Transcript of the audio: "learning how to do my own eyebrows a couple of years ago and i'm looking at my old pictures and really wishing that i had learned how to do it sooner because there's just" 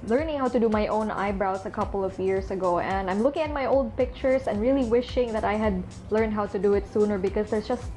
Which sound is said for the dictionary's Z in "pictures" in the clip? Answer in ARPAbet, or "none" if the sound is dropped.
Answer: S